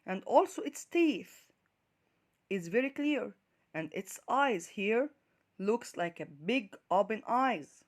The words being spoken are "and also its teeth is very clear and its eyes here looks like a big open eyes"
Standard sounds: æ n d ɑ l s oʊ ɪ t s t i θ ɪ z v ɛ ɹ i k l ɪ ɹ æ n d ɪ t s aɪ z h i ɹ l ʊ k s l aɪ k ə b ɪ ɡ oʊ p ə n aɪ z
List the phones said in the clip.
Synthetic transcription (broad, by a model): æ n d ɑ l s oʊ ɪ t s t i θ ɪ z v ɛ ɹ i k l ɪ ɹ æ n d ɪ t s aɪ z h i ɹ l ʊ k s l aɪ k ə b ɪ ɡ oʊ b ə n aɪ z